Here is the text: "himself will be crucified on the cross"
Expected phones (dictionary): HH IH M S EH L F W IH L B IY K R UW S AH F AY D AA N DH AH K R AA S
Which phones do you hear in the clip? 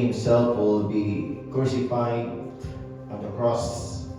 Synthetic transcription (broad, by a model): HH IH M S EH L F W IH L B IY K UW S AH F AY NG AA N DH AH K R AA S